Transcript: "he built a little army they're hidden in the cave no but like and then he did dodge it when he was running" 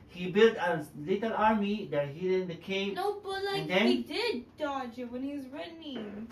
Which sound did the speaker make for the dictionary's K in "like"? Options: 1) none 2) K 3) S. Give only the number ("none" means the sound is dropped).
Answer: 1